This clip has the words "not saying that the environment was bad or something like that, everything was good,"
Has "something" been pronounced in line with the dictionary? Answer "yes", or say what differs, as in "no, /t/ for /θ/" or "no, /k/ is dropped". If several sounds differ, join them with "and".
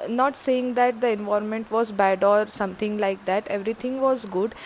no, /t/ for /θ/